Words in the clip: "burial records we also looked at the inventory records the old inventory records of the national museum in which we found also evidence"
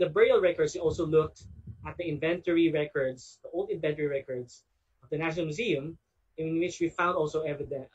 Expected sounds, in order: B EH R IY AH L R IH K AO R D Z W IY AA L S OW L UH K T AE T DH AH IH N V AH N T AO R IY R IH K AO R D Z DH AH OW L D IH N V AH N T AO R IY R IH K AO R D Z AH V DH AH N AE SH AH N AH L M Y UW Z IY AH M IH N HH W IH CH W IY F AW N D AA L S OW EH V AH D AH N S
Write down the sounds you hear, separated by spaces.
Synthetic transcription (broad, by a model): B R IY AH L R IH K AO R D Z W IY AA L S OW L UH K T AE T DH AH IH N V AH N T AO R IY R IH K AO R D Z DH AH OW L D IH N V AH N T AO R IY R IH K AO R D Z AH V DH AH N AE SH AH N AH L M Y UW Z IY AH M IH N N W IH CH W IY F AW N D AA L S OW EH V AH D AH N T